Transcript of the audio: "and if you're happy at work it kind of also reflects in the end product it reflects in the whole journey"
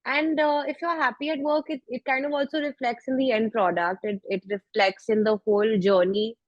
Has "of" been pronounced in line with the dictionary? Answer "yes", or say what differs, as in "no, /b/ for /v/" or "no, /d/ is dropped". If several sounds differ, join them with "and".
yes